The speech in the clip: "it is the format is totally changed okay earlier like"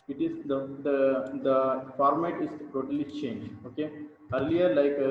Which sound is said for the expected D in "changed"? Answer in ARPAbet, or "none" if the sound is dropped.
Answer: none